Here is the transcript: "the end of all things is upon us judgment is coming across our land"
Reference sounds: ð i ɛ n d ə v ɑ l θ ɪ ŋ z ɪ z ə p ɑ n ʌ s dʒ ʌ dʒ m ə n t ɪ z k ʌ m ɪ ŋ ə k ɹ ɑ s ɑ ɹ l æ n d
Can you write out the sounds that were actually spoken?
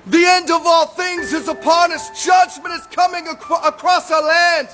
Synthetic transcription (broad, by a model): ð i ɛ n d ə v ɑ l θ ɪ ŋ z ɪ z ə p ɑ n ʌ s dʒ ʌ dʒ m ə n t ɪ z k ʌ m ɪ ŋ ə k ɹ ɑ s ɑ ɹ l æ n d